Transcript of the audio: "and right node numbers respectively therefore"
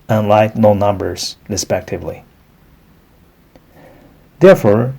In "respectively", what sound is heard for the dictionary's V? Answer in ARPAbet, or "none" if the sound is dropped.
V